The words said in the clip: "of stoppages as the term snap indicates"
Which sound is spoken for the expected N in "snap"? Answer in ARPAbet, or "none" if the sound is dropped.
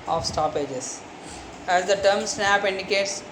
N